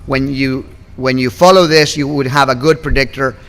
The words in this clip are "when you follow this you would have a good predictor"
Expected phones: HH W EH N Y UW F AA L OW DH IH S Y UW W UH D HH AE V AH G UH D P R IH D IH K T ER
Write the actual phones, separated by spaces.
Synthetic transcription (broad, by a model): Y W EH N Y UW F AA L OW DH IH S Y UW W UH D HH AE V AH G UH D P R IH D IH K T ER